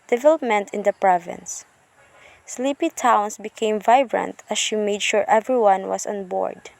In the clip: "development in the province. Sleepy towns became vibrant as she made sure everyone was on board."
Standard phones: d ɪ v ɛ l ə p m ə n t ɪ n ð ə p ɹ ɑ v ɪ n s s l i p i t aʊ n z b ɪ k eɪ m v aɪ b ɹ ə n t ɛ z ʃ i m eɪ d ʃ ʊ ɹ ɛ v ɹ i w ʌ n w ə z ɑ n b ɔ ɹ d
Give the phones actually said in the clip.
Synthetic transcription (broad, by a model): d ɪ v ɛ l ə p m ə n t ɪ n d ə p ɹ ɑ v ɪ n s s l i p i t aʊ n s b ɪ k eɪ m v aɪ b ɹ ə n t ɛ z ʃ i m eɪ d ʃ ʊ ɹ ɛ v ɹ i w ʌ n w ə s ɑ n b ɔ ɹ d